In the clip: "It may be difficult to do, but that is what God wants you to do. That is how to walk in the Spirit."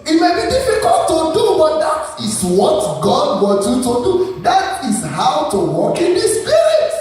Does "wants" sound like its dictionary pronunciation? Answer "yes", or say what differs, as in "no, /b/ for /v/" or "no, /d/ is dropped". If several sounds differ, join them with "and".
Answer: no, /s/ is dropped